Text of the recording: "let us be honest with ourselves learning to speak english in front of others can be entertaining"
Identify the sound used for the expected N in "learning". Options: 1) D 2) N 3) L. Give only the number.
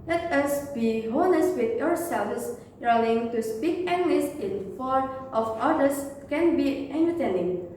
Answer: 3